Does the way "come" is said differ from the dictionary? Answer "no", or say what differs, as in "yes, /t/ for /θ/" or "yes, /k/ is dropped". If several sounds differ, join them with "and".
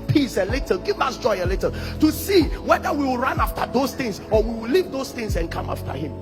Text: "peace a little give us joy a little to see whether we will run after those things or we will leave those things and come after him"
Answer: no